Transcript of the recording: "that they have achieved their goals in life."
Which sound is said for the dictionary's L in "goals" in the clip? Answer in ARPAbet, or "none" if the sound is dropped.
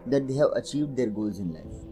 L